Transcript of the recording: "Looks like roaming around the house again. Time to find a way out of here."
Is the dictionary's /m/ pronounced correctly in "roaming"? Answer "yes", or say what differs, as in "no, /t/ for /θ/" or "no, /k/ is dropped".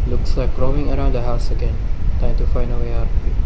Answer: no, /m/ is dropped